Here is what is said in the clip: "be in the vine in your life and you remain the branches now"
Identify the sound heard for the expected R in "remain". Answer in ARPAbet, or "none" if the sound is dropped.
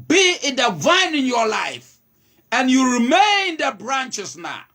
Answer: R